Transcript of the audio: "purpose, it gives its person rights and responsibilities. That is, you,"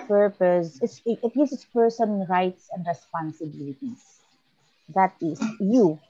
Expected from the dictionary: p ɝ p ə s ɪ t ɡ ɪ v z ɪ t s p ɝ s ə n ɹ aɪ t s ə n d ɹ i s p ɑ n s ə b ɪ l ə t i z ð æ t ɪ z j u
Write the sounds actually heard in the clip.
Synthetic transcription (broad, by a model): p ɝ p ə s ɪ t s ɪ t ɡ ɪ s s p ɝ s ə n ɹ aɪ t s ə n d ɹ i s p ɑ n s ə b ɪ l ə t i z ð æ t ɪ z j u